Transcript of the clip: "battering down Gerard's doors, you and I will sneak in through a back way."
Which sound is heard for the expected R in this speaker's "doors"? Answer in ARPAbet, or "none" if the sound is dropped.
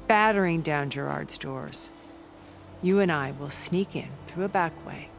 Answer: R